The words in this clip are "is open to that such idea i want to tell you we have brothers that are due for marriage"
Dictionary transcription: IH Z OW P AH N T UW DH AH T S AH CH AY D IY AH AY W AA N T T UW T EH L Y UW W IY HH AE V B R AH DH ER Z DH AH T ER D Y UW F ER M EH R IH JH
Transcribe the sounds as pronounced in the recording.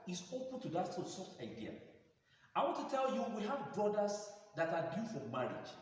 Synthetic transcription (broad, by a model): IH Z OW P AH N T UW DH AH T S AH S AY D IY AH AY W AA N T T UW T EH L Y UW W IY HH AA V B R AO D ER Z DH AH T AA D Y UW F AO M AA R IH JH